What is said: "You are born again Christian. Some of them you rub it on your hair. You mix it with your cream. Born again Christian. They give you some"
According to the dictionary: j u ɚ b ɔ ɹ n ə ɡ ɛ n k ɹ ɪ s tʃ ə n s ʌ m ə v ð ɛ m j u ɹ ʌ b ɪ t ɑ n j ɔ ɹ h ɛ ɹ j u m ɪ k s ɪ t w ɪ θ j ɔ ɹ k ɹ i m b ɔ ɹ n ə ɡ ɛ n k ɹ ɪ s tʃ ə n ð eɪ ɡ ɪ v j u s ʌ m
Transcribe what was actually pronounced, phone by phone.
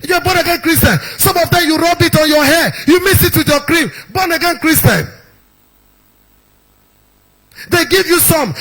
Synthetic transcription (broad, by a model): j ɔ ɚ b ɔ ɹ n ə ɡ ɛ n k ɹ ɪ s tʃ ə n s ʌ m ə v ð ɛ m j u ɹ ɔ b ɪ t ɑ n j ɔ h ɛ j u m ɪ s ɪ t w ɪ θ j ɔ k ɹ i m b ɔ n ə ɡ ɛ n k ɹ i s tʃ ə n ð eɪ ɡ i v j u s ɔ m